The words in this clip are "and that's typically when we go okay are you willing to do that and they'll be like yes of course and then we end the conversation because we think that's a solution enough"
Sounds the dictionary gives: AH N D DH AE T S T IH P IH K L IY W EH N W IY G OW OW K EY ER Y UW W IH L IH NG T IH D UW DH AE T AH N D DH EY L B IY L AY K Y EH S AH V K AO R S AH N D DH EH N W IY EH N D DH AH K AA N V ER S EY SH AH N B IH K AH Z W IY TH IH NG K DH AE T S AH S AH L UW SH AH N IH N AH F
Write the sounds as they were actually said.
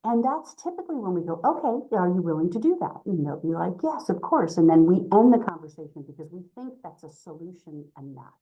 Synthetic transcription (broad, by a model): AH N DH AE T S T IH P IH K L IY W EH N W IY G OW OW K EY ER Y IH W IH L IH NG T IH D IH DH AE T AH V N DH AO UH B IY L AY K Y EH S AH V K AO R S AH N DH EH N W IY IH N DH AH K AA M V ER S EY SH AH N B IH K AH Z W IY TH IH NG K DH AE T S AH S AH L UW SH AH N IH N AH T